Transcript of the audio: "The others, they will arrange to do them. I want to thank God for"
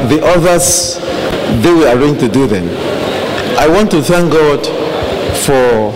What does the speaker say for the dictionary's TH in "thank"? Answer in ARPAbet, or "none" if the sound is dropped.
TH